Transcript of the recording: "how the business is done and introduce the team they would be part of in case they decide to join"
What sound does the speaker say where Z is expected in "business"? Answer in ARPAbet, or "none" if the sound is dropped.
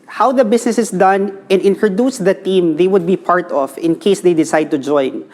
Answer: S